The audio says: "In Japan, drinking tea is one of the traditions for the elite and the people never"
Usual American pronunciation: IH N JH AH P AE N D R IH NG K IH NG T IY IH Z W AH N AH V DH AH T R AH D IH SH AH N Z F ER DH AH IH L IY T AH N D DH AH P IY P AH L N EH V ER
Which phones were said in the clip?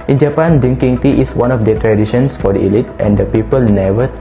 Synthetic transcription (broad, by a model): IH N JH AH P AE N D IH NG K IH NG T IY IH S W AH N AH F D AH T R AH D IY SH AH N S F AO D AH IH L IY T AH N D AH P IY P AH L N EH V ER